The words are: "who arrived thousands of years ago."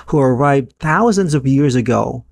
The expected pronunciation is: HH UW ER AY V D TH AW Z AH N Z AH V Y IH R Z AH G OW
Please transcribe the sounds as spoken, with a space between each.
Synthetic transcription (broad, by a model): HH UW ER AY V D TH AW Z AH N Z AH V Y IH R Z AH G OW